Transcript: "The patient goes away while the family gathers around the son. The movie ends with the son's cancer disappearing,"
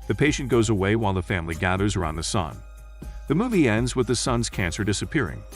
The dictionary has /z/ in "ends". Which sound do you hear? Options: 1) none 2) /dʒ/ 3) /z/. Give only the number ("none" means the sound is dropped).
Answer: 3